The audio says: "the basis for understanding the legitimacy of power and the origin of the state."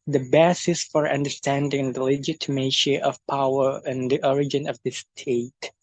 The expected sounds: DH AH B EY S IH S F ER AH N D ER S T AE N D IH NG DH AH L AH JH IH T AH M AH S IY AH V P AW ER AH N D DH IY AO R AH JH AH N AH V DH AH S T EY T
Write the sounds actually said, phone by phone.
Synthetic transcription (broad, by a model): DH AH B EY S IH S F ER AH N D ER S T AE N D IH NG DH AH L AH JH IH T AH M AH SH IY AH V P AW ER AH N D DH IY AO R AH JH AH N AH V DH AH S T EY T